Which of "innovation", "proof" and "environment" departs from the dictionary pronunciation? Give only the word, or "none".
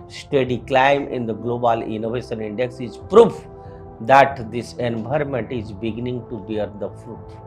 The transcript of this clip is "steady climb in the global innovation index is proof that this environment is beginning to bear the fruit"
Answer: environment